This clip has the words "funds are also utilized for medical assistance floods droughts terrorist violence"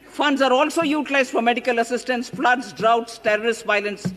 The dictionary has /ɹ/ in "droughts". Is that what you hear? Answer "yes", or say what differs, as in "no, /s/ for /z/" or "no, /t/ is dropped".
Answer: yes